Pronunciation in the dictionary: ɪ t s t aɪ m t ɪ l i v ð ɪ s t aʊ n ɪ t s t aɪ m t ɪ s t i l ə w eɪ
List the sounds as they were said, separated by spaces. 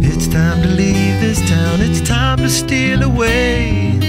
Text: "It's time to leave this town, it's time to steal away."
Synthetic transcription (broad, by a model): ɪ t s t aɪ m t ɪ l i v ð ɪ s t aʊ n ɪ t s t aɪ m t ɪ s t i n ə w eɪ